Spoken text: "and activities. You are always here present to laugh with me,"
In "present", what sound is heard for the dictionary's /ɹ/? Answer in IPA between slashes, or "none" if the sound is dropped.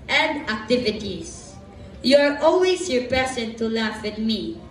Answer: none